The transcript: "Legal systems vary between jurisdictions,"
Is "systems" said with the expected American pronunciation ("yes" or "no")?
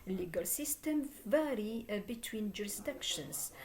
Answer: no